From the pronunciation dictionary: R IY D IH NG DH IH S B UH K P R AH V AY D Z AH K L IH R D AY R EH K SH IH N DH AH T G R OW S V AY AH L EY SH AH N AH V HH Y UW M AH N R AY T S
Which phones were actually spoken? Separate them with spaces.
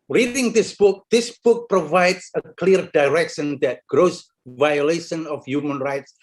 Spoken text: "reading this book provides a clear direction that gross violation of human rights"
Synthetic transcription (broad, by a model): R IY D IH NG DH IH S B UH K P R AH V AY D S AH K L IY R D AY R EH K SH IH N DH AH T G R OW S V AY AH L EY SH AH N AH F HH Y UW M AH N R AY T S